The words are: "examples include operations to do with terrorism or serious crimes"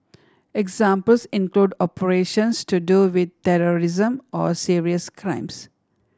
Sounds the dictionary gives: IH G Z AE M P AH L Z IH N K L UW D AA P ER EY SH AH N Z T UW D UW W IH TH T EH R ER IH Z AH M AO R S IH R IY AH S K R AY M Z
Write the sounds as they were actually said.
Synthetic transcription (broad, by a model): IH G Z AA M P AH L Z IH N K L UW D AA P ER EY SH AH N S T UW D UW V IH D T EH R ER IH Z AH M AO R S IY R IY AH S K R AY M S